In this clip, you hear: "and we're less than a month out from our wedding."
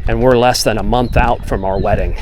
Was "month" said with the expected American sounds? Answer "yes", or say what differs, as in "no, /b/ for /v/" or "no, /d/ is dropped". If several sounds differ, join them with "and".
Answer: yes